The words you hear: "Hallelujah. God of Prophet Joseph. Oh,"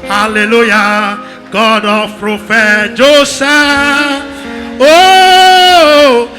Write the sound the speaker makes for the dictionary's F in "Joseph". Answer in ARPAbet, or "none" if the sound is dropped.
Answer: none